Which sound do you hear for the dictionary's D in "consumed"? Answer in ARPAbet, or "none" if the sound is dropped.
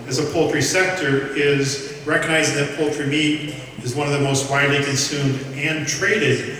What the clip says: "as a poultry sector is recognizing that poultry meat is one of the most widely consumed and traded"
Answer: D